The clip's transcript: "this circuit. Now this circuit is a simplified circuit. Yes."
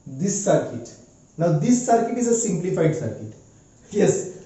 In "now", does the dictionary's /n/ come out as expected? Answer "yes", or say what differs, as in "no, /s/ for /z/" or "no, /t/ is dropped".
yes